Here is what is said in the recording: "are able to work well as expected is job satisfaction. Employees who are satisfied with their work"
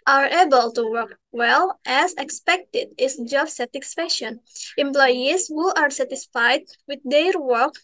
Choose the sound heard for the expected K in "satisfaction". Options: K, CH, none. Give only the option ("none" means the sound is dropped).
none